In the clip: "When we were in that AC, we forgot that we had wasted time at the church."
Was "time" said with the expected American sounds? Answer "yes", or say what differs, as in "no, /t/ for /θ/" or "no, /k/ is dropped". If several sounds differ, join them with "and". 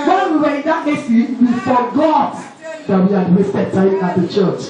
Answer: no, /m/ is dropped